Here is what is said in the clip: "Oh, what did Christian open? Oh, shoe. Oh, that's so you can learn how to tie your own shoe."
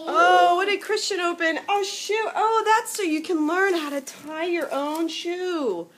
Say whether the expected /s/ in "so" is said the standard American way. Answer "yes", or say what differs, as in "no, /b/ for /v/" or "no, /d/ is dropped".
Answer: yes